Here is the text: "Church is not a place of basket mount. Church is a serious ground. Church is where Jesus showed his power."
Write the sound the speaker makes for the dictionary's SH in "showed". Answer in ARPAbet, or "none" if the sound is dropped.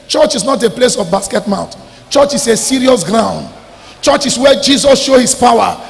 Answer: SH